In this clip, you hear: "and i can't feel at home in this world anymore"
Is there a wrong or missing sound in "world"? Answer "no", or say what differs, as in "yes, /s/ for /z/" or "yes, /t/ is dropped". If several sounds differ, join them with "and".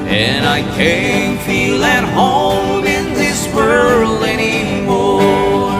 yes, /d/ is dropped